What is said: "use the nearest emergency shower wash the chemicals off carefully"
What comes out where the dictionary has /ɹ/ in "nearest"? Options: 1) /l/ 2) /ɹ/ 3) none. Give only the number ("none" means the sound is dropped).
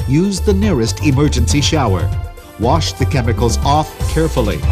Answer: 2